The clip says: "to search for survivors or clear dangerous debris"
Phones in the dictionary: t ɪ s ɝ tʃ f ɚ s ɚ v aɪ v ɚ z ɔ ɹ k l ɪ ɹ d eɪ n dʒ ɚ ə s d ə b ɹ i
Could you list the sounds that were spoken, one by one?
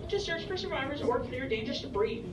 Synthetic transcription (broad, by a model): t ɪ s ɝ tʃ f ɚ s ɚ v aɪ v ɚ z ɔ ɹ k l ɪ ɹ d eɪ n dʒ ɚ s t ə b ɹ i